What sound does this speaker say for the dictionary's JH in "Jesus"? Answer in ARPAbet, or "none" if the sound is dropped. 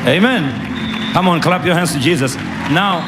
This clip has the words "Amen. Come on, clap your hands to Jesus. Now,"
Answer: JH